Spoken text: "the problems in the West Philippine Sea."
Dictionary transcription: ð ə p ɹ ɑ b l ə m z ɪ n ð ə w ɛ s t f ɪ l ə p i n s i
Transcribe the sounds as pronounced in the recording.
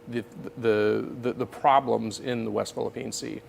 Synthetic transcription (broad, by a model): ð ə p ɹ ɑ b l ə m z ɪ n ð ə w ɛ s t f ɪ l ə p i n s i